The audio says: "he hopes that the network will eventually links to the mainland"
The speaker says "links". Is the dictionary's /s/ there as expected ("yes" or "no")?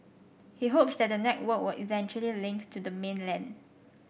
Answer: no